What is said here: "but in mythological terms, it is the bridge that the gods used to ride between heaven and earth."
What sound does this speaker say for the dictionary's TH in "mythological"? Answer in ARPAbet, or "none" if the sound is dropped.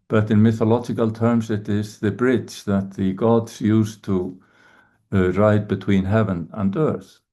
TH